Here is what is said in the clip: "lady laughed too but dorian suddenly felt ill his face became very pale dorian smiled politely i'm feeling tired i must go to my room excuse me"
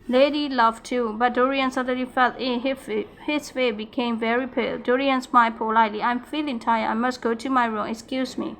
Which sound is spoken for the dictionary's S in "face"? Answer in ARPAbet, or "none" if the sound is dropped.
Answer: none